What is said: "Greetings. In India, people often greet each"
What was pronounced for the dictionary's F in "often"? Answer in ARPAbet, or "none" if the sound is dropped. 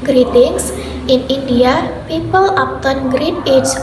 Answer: P